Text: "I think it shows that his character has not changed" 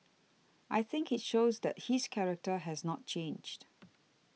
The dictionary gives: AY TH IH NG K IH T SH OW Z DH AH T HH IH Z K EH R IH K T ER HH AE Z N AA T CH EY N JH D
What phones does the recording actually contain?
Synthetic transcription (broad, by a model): AY TH IH NG K IH T SH OW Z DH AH T HH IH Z K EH R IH K T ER HH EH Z N AA T CH EY N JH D